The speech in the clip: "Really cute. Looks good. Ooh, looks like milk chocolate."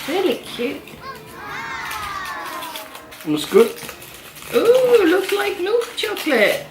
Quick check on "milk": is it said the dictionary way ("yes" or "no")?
no